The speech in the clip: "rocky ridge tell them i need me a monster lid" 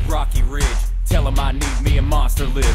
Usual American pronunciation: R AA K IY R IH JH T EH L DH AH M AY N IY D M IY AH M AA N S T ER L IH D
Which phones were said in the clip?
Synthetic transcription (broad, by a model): R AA K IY R IH JH T EH L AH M AY N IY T M IY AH M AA S T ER L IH